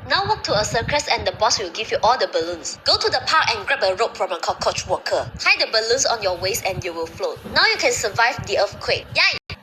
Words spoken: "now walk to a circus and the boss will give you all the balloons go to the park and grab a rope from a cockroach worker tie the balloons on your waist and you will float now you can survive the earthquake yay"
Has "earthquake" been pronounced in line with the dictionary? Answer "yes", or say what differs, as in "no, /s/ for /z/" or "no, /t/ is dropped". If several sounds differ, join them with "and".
no, /f/ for /θ/